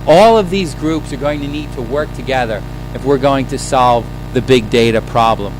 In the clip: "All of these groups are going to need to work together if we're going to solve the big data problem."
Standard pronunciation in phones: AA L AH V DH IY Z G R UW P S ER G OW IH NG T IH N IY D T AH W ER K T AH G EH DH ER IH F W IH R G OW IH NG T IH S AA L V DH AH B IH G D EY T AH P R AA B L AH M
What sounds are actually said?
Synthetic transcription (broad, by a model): AA L AH V DH IY Z G R UW P S ER G OW IH NG T IH N IY D T AH W ER K T AH G EH DH ER IH F W IH R G OW IH NG T IH S AA L V DH AH B IH G D EY T AH P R AA B L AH M